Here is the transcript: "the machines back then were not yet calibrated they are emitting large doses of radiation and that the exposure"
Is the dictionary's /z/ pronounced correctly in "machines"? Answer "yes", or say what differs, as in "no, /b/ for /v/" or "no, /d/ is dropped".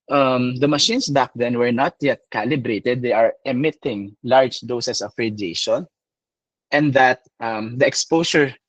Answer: no, /s/ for /z/